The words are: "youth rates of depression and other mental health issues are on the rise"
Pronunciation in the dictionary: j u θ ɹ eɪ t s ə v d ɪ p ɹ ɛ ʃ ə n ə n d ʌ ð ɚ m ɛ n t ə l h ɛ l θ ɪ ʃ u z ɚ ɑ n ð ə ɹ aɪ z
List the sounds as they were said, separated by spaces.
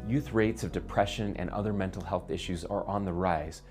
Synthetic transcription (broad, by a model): j u θ ɹ eɪ t s ə v d ɪ p ɹ ɛ ʃ ə n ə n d ʌ ð ɚ m ɛ n t l h ɛ l θ ɪ ʃ u z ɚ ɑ n ð ə ɹ aɪ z